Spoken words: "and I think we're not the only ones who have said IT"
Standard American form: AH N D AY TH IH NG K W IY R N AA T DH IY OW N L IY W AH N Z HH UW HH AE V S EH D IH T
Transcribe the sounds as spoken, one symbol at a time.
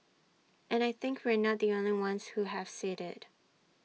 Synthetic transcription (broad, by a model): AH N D AY TH IH NG K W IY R N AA T DH IY OW N L IY W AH N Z HH UW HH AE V S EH D IH T